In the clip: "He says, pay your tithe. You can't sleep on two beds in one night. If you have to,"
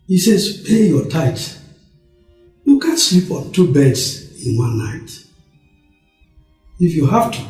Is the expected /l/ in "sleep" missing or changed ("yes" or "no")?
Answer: no